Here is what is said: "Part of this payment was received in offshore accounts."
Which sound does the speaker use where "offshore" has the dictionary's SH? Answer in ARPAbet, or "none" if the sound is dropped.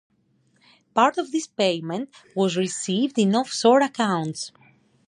S